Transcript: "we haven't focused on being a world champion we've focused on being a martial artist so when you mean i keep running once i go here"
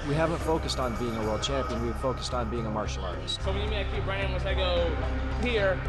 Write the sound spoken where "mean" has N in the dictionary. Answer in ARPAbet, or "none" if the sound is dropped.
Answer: none